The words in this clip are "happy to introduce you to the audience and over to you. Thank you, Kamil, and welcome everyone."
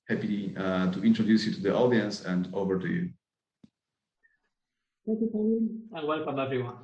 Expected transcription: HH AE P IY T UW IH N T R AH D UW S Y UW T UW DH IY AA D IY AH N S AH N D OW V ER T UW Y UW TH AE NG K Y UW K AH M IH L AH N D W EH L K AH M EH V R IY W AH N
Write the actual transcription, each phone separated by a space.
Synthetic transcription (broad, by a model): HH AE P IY T UW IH N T R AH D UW S Y UW T UW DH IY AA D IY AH N S AH N D OW V ER T UW Y UW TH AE K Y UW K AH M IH N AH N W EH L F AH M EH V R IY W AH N